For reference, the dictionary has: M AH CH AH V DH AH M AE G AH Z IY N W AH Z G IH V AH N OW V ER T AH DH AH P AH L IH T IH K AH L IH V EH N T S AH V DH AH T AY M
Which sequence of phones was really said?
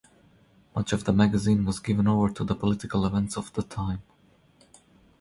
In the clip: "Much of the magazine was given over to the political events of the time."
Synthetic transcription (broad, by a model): M AH CH AH V DH AH M AE G AH Z IY N W AH Z G IH V AH N OW V ER T AH DH AH P AH L IH T IH K AH L IH V EH N T S AH V DH AH T AY M